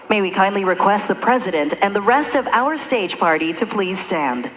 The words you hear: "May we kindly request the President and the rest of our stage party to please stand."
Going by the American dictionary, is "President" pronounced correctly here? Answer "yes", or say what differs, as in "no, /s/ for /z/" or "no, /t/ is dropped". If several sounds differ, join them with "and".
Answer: yes